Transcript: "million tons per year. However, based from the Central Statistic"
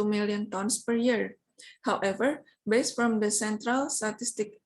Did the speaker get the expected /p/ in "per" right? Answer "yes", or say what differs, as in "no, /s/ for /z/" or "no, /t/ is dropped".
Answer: yes